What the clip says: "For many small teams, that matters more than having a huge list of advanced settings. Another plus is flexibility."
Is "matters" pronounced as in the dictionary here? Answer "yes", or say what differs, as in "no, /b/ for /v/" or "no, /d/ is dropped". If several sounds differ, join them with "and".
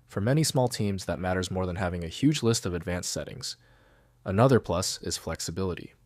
yes